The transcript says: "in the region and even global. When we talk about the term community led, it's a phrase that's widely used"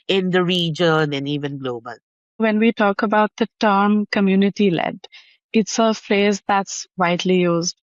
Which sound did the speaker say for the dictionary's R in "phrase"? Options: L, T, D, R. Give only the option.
L